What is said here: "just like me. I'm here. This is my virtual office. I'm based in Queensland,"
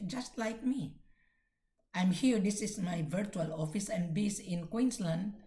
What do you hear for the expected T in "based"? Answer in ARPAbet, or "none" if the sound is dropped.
none